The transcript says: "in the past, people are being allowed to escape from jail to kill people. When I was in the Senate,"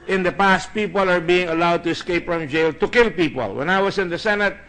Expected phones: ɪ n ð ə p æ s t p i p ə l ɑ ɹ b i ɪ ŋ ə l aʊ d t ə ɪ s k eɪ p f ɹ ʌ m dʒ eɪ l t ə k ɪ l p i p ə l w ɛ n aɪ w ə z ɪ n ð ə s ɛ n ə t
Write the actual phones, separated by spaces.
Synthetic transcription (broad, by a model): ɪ n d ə p æ s t p i p ə l ɑ ɹ b i ɪ ŋ ə l aʊ d t ə ɪ s k eɪ p f ɹ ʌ m dʒ eɪ l t ə k ɪ l p i p ə l w ɛ n aɪ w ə s ɪ n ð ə s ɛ n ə t